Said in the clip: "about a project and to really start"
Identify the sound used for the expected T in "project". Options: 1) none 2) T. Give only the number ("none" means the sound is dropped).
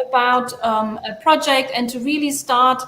2